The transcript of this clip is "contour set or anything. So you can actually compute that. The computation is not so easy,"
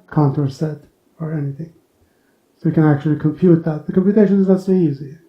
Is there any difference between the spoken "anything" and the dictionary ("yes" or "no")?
no